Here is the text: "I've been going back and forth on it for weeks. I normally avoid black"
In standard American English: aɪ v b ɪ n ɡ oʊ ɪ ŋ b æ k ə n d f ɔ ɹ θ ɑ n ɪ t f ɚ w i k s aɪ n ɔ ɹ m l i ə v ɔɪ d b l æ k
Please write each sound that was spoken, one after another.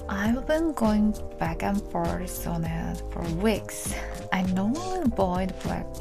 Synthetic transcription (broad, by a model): aɪ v b ɪ n ɡ oʊ ɪ ŋ b æ k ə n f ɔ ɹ s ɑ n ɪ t f ɚ w i k s aɪ n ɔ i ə b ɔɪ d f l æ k